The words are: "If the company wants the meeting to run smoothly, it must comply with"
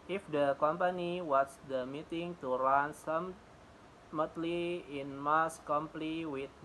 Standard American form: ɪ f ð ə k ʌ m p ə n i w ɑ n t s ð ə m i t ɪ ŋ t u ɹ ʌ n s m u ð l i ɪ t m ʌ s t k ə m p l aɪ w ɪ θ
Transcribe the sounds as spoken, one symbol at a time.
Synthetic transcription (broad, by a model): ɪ f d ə k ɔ m p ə n i w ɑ t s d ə m i t ɪ ŋ t u ɹ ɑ n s m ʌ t l i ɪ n m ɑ s k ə m p l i w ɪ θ